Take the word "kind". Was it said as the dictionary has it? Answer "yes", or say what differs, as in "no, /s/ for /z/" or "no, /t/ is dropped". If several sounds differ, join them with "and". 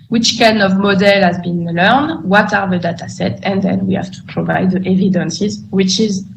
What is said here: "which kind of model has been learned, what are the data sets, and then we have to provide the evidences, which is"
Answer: no, /d/ is dropped